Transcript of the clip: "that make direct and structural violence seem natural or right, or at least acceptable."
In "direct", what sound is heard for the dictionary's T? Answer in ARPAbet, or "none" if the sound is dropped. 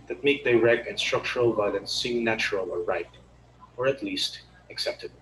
none